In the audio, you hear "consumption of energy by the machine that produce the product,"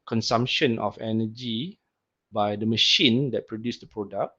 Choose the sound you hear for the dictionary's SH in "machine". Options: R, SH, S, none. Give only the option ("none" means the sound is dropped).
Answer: SH